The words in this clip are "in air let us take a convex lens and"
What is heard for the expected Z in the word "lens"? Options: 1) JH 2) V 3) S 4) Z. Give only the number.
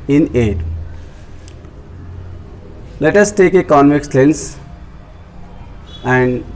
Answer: 3